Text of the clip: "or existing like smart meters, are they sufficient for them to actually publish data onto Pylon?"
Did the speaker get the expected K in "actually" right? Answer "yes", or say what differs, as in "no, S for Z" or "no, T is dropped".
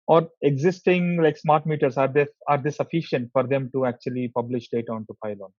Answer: yes